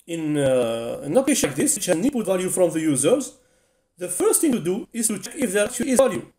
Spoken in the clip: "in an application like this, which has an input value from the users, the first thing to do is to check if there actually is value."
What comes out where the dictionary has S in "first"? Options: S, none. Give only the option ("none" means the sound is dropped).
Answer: S